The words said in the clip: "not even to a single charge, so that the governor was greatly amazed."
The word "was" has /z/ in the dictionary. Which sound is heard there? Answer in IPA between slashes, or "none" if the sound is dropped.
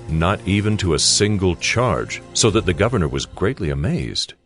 /z/